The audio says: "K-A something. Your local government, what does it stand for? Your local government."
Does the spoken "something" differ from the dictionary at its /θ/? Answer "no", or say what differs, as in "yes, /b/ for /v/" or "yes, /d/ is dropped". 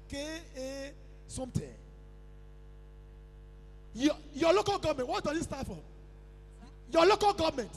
yes, /t/ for /θ/